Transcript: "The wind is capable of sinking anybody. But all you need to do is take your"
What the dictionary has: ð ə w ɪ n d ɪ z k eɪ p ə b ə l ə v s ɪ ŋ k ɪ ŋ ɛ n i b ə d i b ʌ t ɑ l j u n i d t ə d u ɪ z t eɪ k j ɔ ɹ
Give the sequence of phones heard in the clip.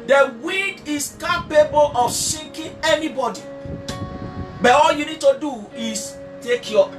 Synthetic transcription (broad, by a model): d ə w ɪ d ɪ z k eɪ p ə b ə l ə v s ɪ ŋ k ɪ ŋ ɛ n i b ə d i b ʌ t ɑ l j u n i d t ə d u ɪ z t eɪ k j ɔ